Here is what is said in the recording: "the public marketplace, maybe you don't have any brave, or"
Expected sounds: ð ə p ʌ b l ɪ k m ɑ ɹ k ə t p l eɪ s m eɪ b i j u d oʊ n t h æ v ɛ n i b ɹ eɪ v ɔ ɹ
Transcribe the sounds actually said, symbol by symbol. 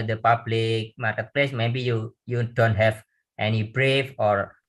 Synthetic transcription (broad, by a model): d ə p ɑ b l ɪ k m ɑ ɹ k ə t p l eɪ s m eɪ b i j u d oʊ n t h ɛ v ɛ n i b ɹ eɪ f ɔ ɹ